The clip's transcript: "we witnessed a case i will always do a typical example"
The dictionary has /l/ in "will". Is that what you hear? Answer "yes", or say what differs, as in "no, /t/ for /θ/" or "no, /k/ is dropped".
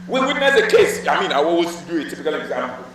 no, /n/ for /l/